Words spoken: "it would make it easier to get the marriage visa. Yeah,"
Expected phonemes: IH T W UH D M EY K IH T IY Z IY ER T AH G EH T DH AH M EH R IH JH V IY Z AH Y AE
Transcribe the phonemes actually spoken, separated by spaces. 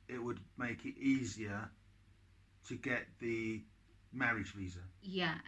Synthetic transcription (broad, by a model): IH T W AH D M EY K IH T IY Z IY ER T AH G EH T DH AH M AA R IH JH V IY Z AH Y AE